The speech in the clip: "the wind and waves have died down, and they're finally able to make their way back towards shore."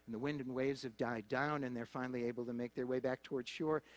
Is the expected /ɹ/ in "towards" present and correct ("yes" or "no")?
yes